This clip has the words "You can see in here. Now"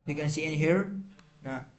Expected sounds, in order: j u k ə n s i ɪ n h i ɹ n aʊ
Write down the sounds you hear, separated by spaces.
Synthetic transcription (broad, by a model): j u k ə n s i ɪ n h i ɹ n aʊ